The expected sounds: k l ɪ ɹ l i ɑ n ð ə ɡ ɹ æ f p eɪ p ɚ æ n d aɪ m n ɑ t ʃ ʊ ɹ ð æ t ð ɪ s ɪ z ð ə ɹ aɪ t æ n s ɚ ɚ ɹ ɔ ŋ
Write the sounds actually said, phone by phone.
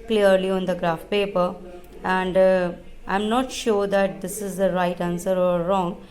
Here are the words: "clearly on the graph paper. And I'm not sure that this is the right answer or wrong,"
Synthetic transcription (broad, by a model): k l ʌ ɹ l i ɑ n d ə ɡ ɹ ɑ f p eɪ p ɚ æ n d aɪ m n ɑ t ʃ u ɹ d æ t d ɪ s ɪ z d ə ɹ aɪ t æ n s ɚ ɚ ɹ ɔ ŋ